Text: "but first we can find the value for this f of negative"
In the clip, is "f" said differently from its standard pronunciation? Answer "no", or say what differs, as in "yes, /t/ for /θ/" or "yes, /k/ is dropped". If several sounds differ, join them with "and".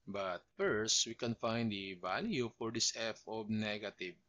no